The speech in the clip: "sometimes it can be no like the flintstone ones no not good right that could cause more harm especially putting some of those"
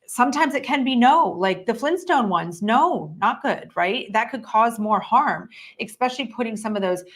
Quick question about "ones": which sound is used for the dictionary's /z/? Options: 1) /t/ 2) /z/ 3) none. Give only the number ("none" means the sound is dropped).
2